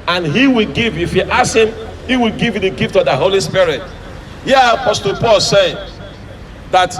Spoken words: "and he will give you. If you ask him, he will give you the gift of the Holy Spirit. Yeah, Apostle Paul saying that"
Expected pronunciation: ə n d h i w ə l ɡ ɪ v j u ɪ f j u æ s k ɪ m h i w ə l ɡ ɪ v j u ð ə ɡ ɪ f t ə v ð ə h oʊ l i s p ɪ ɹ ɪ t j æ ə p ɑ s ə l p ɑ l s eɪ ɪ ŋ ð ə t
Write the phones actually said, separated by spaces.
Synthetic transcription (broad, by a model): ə n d h i w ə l ɡ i v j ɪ f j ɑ s ɪ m h i w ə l ɡ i v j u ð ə ɡ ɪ f t ə v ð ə h oʊ l i s p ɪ ɹ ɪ t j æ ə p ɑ s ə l p ɑ l s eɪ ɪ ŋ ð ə t